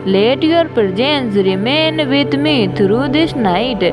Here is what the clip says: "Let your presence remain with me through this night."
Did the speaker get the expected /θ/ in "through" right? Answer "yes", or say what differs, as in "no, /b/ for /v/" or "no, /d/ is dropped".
no, /t/ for /θ/